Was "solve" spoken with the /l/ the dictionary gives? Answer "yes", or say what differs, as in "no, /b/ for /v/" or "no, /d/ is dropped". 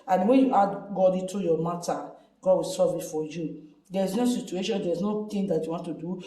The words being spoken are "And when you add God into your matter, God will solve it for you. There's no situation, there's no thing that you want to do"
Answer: no, /l/ is dropped